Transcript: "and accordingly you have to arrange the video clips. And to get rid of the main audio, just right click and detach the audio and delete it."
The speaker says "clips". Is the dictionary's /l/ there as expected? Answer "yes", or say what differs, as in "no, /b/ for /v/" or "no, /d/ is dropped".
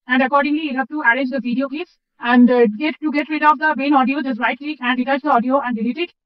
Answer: no, /l/ is dropped